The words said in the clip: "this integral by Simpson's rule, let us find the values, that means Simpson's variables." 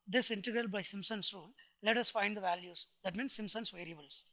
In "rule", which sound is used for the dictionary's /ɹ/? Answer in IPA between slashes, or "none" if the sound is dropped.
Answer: /ɹ/